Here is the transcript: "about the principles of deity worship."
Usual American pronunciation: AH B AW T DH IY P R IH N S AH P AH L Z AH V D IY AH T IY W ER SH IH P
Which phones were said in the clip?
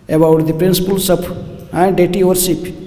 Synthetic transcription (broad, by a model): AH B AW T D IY P R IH N S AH P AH L S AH P D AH T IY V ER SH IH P